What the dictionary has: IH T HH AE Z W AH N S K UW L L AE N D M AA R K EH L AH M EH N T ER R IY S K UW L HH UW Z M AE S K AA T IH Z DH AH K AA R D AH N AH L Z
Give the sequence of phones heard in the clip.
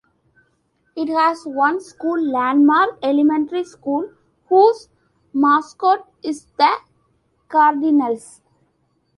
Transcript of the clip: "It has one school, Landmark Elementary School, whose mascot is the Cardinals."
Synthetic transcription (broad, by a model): IH T HH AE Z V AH N S K UW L L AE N D M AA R EH L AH M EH N T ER R IY S K UW L HH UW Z M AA S K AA T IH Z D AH K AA R D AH N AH L S